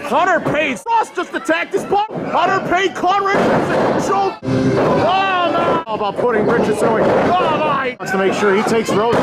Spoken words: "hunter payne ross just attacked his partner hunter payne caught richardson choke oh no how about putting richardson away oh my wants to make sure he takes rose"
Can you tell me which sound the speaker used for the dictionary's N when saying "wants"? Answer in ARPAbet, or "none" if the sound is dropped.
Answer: none